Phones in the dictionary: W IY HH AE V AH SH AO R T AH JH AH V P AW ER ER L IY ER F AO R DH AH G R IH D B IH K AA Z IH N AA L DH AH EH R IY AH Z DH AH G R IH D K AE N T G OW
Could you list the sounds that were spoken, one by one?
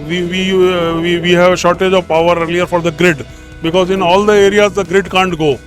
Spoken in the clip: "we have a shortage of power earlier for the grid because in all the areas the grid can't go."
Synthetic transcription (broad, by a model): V IY HH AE V AH SH AO R T AH JH AH V P AW ER ER L IY ER F AO R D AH G R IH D B IH K AA Z IH N AA L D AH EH R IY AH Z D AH G R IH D K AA N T G OW